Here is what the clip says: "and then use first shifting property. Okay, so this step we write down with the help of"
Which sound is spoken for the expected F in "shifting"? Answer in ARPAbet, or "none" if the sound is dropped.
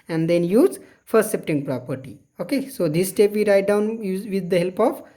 P